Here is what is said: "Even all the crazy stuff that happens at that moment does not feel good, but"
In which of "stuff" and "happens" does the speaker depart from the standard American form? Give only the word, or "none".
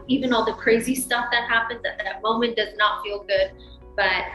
none